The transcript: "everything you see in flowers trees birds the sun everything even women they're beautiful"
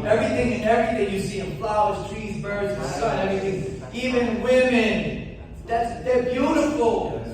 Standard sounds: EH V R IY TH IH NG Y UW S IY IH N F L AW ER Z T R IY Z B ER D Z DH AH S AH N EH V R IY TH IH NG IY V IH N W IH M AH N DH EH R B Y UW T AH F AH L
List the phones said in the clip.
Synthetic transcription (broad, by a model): EH V R IY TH IH NG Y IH S IY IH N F L AW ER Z T R IY Z B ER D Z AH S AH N EH V R IY TH IH NG IY V IH N W IH M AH N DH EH R B Y UW T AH F L